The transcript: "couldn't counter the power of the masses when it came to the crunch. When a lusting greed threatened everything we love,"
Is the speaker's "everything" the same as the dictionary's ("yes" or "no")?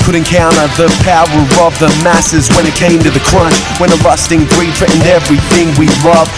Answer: yes